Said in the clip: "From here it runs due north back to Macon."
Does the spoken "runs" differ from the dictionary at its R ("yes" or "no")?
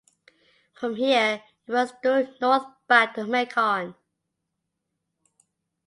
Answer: yes